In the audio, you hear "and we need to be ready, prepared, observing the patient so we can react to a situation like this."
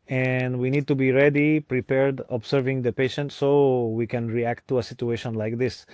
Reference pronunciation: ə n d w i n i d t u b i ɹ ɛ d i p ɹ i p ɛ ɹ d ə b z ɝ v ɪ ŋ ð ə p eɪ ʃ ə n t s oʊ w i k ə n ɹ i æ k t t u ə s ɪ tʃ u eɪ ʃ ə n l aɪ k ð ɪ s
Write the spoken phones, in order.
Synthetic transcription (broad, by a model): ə n d w i n i d t u b i ɹ ɛ d i p ɹ i p ɛ ɹ d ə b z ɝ v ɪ ŋ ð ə p eɪ ʃ ə n t s oʊ w i k ə n ɹ i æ k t t u ə s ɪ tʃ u eɪ ʃ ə n l aɪ k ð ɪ s